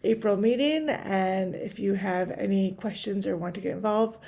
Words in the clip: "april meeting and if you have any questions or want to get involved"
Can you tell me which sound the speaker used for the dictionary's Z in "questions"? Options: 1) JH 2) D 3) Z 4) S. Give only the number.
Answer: 3